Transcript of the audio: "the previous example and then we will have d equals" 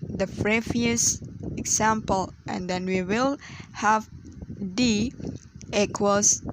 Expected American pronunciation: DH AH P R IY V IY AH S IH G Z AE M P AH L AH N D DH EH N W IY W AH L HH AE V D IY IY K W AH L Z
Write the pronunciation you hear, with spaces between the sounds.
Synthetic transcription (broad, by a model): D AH F R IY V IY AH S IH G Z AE M P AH L AH N D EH N W IY W AH L HH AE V D IY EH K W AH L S